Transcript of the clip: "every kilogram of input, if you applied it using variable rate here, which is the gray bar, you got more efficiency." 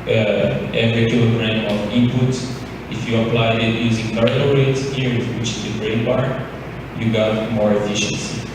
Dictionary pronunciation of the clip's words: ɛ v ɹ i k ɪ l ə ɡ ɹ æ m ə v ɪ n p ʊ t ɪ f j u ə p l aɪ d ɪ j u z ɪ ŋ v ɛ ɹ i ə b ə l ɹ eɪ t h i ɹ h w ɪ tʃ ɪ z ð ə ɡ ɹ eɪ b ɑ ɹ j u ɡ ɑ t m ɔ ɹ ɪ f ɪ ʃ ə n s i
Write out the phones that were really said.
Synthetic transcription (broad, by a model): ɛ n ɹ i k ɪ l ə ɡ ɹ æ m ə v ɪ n p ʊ t ɪ f j u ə p l aɪ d ɪ j u z ɪ ŋ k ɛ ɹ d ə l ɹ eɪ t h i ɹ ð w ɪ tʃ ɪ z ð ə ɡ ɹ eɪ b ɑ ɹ j u ɡ ɑ t m ɔ ɹ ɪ f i ʃ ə n s i